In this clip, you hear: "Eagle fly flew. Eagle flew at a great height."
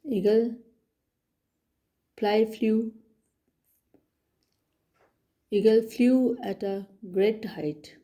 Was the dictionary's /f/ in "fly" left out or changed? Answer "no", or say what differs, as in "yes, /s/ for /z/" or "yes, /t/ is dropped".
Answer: yes, /p/ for /f/